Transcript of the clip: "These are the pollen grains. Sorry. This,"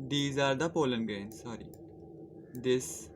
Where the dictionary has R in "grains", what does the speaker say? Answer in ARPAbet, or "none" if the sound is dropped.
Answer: none